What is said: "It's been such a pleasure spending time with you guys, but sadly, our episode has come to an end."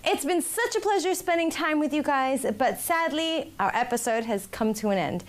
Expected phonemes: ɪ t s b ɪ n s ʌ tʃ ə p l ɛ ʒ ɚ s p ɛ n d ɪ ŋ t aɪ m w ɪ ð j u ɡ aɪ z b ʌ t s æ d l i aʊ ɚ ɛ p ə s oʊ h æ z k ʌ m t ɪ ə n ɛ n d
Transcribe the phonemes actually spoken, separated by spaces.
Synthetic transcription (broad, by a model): ɪ t s b ɪ n s ʌ tʃ ə p l ɛ ʒ ɚ s p ɛ n d ɪ ŋ t aɪ m w ɪ ð j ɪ ɡ aɪ z b ʌ t s æ d l i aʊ ɚ ɛ p ə s oʊ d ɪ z k ʌ m t ɪ ə n ɛ n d